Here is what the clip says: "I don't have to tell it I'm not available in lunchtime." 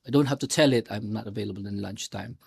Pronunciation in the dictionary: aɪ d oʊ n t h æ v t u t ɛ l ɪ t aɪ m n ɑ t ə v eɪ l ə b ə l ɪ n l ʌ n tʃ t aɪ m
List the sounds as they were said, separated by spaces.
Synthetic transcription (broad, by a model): aɪ d oʊ n t h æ f t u t ɛ l ɪ t aɪ m n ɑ t ə v eɪ l ə b ə l ɪ n l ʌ n tʃ t aɪ m